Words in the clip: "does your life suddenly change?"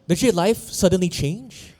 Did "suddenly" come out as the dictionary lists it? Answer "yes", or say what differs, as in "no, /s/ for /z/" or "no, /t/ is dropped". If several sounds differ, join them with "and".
yes